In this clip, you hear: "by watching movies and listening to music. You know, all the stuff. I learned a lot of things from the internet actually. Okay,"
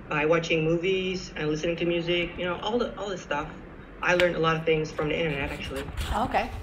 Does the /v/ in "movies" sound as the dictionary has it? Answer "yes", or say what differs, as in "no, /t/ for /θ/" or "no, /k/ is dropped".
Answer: yes